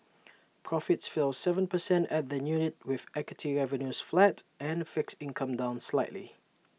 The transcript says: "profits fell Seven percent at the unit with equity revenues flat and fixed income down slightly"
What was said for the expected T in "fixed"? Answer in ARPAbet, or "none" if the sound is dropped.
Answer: none